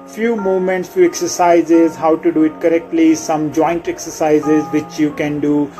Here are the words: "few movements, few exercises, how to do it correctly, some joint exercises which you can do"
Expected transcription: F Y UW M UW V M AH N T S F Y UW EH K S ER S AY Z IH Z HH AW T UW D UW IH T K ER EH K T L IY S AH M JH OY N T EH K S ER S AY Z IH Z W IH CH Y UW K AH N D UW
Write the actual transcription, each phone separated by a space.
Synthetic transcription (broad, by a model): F Y UW M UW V M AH N T S F Y UW EH K S ER S AY Z IH Z HH AW T UW D UW IH T K ER EH K T L IY S AH M JH OY N T EH K S ER S AY Z IH Z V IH CH Y UW K AH N D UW